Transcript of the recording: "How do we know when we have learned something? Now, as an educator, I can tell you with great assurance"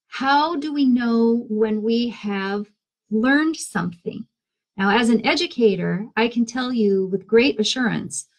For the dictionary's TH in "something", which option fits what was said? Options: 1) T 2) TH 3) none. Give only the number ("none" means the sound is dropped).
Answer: 2